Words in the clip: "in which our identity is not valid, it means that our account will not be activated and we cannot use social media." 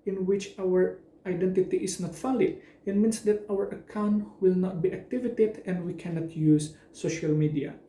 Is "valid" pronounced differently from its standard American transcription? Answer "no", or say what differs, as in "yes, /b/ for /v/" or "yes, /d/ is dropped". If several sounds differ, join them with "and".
yes, /f/ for /v/